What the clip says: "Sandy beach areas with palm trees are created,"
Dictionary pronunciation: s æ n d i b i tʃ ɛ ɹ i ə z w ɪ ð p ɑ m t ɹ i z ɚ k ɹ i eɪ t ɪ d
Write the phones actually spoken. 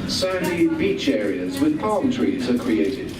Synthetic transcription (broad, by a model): s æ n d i b i tʃ ɛ ɹ i ə z w ɪ ð p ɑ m t ɹ i z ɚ k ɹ i eɪ t ɪ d